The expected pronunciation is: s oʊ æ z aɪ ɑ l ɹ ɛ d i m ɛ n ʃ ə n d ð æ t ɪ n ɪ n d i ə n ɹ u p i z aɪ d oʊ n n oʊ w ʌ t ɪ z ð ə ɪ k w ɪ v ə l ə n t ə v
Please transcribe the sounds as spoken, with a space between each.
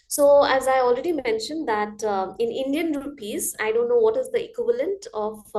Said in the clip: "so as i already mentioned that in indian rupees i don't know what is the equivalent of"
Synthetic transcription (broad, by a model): s oʊ æ z aɪ ɑ l ɹ ɛ d i m ɛ n ʃ ə n d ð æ t ɪ n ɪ n d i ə n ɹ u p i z aɪ d oʊ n n oʊ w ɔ t ɪ z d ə ɪ k w ɪ v ə l ə n t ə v